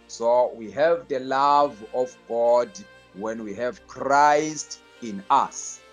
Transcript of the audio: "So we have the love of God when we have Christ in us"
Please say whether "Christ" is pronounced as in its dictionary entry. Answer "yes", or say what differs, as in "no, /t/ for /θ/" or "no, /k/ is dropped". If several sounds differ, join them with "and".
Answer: yes